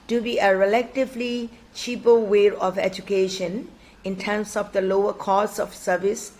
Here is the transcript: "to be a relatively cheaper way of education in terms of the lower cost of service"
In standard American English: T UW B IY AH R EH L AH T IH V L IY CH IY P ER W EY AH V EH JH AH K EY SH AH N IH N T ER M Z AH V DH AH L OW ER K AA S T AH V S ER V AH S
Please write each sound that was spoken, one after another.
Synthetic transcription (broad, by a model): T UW B IY AH R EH L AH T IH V L IY CH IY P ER W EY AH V EH JH AH K EY SH AH N IH N T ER M S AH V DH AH L OW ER K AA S AH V S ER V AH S